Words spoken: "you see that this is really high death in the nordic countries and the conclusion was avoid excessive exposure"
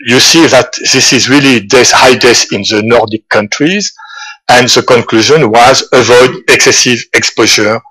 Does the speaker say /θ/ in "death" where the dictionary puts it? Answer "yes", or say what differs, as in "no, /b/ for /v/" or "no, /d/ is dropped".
no, /s/ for /θ/